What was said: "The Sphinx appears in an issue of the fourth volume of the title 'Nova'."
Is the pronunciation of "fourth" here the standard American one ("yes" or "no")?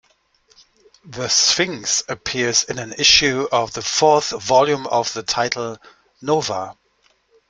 yes